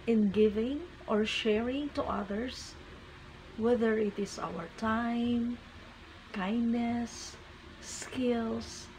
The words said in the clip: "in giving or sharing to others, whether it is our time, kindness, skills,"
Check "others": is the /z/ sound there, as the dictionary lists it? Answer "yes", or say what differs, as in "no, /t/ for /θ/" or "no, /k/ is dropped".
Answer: no, /s/ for /z/